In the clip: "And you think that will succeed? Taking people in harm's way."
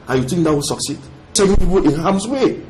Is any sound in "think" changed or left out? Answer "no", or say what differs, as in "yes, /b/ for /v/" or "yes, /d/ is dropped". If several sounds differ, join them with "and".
yes, /t/ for /θ/